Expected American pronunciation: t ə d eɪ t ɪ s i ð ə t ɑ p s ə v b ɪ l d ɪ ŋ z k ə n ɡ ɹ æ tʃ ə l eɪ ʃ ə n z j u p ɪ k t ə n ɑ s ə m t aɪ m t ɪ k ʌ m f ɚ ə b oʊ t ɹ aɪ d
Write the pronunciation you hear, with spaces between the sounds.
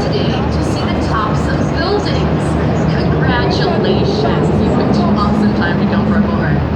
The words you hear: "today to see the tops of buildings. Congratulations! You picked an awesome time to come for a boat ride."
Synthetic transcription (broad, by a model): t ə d eɪ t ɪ s i ð ə t ɑ p s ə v b ɪ l d ɪ ŋ z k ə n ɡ ɹ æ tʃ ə l eɪ ʃ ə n j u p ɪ t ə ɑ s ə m t aɪ m t ɪ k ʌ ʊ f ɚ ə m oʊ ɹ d